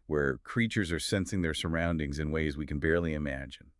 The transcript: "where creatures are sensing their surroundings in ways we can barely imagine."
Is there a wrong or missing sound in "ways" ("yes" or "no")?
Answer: no